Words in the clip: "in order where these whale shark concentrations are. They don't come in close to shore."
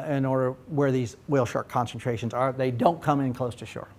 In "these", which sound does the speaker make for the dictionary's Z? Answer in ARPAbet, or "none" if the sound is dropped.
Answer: Z